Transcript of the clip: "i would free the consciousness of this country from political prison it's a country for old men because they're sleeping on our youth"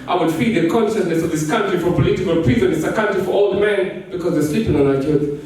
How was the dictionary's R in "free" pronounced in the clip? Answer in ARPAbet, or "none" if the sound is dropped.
none